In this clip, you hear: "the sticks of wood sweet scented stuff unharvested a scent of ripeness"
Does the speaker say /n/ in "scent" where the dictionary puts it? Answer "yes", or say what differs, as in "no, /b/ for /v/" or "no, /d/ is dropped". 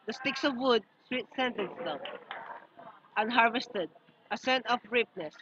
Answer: yes